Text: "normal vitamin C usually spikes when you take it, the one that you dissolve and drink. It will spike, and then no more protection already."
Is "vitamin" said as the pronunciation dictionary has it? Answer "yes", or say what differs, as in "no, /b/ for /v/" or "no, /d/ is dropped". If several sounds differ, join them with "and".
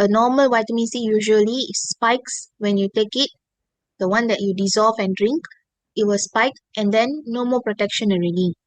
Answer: no, /w/ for /v/